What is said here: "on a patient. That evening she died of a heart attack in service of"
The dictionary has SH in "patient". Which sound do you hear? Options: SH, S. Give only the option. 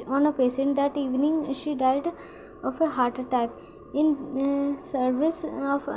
S